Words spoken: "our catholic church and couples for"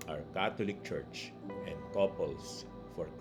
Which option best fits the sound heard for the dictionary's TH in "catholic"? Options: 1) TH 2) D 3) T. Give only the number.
3